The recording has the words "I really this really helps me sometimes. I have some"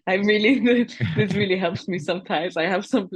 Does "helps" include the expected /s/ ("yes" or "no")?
yes